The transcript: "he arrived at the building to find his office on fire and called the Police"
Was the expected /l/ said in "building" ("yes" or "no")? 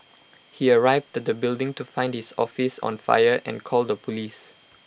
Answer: yes